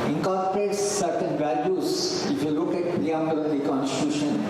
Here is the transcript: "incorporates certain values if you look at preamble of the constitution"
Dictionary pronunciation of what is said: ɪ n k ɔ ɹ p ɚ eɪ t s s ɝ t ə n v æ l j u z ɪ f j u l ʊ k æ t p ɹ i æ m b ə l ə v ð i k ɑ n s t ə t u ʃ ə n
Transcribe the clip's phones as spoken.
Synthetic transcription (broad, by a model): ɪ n k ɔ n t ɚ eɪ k s s ɝ t ə n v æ l j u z ɪ f j u l ʊ k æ t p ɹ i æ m ə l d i k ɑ n s t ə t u ʃ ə n